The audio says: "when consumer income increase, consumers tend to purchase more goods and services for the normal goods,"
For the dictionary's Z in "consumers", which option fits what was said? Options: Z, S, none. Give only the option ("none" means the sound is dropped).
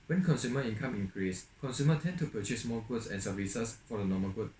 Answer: none